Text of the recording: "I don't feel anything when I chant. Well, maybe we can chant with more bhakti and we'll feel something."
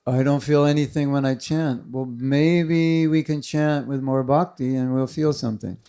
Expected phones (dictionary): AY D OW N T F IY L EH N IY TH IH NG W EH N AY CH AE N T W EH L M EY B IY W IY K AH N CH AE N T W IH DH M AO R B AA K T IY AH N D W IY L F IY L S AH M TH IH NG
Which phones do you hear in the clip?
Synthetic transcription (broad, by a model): AY D OW N T F IY L EH N IY TH IH NG W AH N AY CH AE N T W EH L M EY B IY W IY K AH N CH AE N T W IH DH M AO R B AA K T IY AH N W IY L F IY L S AH M TH IH NG